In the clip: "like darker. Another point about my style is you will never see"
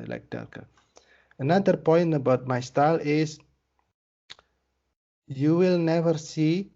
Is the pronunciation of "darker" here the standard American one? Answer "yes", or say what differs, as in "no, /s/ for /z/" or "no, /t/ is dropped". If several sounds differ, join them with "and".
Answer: no, /l/ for /ɹ/